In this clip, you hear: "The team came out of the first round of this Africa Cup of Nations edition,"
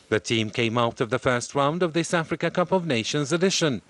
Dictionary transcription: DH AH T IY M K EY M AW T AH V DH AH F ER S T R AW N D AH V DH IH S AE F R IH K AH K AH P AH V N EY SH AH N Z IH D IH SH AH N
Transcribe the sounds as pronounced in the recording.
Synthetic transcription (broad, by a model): DH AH T IY M K EY M AW T AH V DH AH F ER S T R AW N D AH V DH IH S AE F R IH K AH K AH P AH V N EY SH AH N Z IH D IH SH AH N